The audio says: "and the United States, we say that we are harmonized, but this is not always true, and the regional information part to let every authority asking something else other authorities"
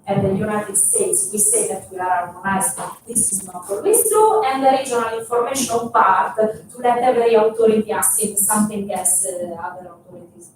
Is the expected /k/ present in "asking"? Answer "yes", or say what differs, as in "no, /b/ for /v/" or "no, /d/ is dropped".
no, /k/ is dropped